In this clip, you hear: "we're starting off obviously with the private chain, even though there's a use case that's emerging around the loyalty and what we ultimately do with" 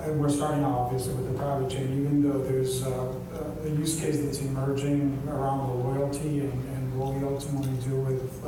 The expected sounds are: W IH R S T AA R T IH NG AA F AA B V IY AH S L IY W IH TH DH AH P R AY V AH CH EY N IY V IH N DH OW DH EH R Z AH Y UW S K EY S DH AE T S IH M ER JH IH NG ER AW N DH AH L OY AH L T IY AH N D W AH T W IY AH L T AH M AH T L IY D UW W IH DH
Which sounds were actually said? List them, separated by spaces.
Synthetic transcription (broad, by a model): W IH R S T AA R T IH NG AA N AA V IY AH S L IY W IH DH AH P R AY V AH CH EY N IY V IH N DH OW DH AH R Z AH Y UW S K EY S DH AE T S IH M ER JH IH NG ER AW N DH AH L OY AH L T IY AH N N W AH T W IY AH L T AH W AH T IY D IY W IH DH